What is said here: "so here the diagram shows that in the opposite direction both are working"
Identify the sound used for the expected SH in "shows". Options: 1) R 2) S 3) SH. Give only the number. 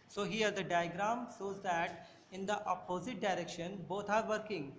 2